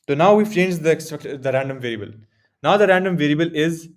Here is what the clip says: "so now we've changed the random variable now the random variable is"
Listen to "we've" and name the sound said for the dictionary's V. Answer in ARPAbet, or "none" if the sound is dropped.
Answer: F